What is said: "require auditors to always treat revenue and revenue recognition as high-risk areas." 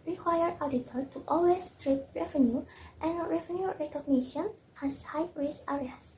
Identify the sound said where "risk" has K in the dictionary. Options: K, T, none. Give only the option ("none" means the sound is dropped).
none